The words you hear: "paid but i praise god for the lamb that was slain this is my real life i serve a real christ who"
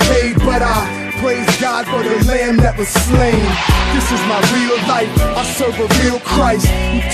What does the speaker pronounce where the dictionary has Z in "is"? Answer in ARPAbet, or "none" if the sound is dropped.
Z